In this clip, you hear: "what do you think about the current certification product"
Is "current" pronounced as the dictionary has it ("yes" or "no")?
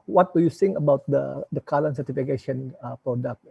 no